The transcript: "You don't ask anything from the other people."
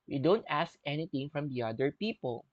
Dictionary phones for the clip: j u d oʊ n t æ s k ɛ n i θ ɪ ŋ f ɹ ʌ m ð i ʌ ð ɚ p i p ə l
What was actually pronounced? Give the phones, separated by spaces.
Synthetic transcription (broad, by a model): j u d oʊ n t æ s k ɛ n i t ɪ ŋ f ɹ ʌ m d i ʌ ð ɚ p i p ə l